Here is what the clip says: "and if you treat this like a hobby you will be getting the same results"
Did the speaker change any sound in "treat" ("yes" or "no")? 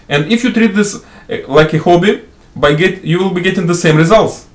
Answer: no